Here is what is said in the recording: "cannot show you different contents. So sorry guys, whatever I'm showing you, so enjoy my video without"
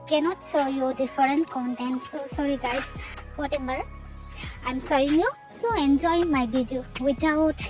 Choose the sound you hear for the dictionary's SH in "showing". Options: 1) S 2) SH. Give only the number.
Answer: 1